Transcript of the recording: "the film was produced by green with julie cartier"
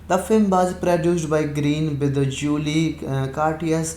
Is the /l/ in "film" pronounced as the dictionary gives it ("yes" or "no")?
yes